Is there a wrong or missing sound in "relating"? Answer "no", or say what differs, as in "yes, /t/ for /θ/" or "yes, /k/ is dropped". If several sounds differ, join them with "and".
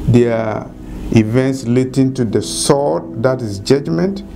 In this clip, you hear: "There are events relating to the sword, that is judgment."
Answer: yes, /l/ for /ɹ/